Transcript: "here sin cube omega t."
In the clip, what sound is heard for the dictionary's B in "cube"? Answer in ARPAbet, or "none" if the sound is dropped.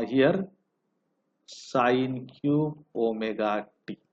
none